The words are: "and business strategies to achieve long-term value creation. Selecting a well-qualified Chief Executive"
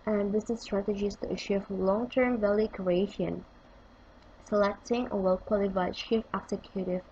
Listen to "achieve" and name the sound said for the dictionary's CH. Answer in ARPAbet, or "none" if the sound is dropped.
SH